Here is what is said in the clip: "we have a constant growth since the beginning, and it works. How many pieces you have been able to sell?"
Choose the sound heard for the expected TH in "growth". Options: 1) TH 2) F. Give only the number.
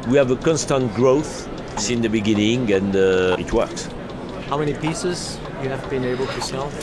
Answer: 1